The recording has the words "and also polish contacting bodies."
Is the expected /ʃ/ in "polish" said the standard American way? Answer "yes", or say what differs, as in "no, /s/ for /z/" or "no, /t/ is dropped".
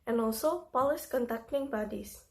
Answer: no, /s/ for /ʃ/